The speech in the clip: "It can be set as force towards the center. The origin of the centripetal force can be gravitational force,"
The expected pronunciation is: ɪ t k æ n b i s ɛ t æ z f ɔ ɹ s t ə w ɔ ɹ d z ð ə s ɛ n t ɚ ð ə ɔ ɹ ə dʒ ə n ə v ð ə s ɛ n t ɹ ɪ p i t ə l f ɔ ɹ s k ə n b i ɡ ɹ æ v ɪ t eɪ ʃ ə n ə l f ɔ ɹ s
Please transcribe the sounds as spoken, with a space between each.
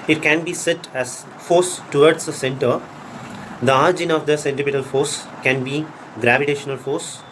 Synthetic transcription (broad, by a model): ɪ t k æ n b i s ɛ t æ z f ɔ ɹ s t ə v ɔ ɹ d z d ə s ɛ n t ɚ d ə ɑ ɹ dʒ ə n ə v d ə s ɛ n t ɪ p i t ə l f ɔ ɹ s k ə n b i ɡ ɹ æ v ɪ t eɪ ʃ ə n ə l f ɔ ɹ s